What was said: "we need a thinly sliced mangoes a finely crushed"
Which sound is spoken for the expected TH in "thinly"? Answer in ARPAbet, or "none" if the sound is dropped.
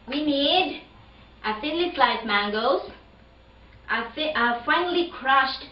S